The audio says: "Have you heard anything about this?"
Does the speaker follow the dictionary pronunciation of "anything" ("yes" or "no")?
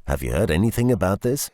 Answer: yes